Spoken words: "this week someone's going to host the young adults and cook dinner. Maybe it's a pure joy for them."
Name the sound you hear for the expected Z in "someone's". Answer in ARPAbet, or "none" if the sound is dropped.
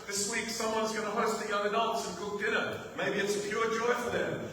Z